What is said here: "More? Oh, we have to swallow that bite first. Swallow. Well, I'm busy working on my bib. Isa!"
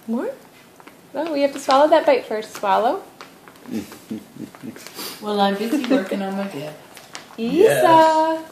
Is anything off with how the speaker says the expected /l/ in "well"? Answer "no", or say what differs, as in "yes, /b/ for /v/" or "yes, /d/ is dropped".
no